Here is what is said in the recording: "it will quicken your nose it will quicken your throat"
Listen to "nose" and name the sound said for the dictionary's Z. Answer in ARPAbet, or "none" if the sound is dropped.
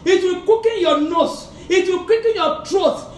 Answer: S